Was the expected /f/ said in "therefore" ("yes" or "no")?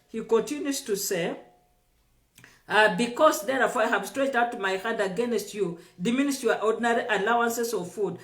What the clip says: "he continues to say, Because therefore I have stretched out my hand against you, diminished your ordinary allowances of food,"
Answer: no